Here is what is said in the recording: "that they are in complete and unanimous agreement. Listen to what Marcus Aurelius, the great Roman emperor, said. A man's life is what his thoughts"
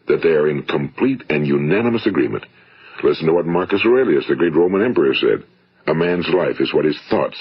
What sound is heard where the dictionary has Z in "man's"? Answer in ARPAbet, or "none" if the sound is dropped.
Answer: Z